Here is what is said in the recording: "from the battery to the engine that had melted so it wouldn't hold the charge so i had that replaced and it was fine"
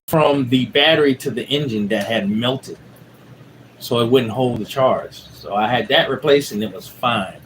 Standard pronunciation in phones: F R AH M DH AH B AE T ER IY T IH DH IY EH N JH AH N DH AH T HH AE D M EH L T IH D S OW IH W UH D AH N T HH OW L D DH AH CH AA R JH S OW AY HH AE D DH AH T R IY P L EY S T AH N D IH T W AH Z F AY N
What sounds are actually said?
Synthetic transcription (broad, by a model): F R AH M DH AH B AE T ER IY T IH DH IY EH N JH AH N DH AH T HH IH D M EH L T IH D S OW IH W UH D N T HH OW L D DH AH CH AA R JH S OW AY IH D DH AH T R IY P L EY S AH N IH T W AH Z F AY N